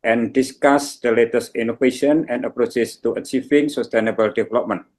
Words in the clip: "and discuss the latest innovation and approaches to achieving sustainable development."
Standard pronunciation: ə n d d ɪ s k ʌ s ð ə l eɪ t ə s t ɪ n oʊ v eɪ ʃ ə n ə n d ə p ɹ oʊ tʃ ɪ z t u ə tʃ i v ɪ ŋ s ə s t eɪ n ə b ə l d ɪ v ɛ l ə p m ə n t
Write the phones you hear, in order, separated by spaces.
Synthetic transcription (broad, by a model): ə n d d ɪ s k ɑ s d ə l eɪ t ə s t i n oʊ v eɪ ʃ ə n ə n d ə p ɹ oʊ s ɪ s t u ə tʃ i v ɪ ŋ s ə s t eɪ n ə b ə l d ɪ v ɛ l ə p m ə n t